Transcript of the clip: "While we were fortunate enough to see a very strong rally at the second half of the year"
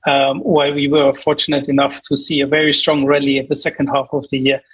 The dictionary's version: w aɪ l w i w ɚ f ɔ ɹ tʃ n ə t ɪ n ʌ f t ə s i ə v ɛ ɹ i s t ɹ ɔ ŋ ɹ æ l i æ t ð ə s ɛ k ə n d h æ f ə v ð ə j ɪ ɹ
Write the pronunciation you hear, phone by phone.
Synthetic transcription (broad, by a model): w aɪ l w i w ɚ f ɔ ɹ tʃ n ə t ɪ n ʌ f t ə s i ə v ɛ ɹ i s t ɹ ɔ ŋ ɹ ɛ l i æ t ð ə s ɛ k ə n d h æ f ə v ð ə j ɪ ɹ